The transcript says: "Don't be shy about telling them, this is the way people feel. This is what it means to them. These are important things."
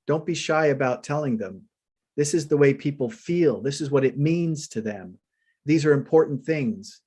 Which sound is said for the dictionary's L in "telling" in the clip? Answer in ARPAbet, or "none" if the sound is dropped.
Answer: L